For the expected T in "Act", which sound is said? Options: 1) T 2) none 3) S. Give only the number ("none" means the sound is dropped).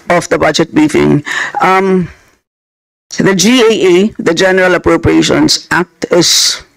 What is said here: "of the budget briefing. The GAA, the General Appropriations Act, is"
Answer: 1